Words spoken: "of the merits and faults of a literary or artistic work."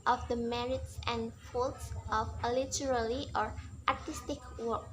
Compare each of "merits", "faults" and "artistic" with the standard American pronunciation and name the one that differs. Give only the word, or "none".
none